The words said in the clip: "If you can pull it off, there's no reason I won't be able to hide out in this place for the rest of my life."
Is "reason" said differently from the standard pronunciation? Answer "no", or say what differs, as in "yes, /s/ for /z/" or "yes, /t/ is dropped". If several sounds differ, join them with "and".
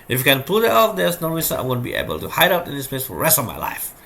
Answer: yes, /n/ is dropped